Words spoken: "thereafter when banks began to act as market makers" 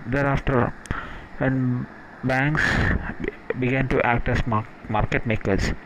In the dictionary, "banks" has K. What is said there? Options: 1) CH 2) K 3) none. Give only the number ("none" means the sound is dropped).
2